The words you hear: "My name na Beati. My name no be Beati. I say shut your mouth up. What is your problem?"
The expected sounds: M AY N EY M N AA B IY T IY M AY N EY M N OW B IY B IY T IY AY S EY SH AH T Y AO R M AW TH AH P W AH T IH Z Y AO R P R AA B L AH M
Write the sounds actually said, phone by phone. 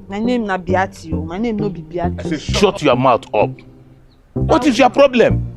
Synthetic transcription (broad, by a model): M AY N EY M N AA B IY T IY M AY N EY M N OW B IY B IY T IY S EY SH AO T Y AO M AW T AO P W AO T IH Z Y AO P R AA B L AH M